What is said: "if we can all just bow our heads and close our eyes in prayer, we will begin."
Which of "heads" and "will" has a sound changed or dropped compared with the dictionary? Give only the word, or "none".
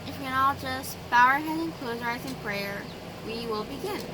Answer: heads